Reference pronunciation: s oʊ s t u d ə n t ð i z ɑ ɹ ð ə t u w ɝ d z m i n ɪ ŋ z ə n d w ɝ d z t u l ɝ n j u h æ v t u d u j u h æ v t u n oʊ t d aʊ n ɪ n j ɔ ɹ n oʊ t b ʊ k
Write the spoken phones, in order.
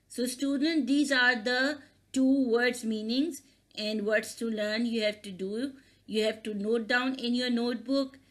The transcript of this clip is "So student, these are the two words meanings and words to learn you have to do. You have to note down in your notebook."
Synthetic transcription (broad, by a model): s oʊ s t u d ə n t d i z ɑ ɹ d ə t u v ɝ d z m i n ɪ ŋ z ə n d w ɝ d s t u l ɝ n j u h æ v t u d u j u h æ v t u n oʊ t d aʊ n ɪ n j ɔ ɹ n oʊ t b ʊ k